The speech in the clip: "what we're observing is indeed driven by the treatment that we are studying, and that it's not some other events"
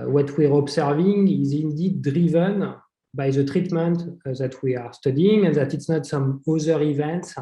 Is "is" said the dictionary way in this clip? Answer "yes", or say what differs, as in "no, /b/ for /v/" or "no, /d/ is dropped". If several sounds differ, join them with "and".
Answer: yes